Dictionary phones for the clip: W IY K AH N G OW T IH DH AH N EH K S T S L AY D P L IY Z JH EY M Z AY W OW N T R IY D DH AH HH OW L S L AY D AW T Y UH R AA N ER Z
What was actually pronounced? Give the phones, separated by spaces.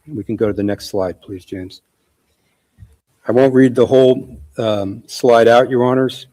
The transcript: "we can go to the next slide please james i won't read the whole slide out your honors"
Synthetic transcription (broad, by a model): W IY K N G OW T IH DH AH N EH K S T S L AY D P L IY Z JH EY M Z AY W OW N T R IY D DH AH HH OW L S L AY D AW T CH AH R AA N ER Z